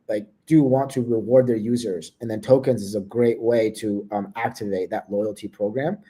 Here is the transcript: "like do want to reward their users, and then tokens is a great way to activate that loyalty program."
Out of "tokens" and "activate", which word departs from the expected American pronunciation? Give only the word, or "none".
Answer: none